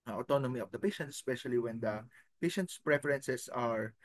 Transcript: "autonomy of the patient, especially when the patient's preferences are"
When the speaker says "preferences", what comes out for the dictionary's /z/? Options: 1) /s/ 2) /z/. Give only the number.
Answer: 1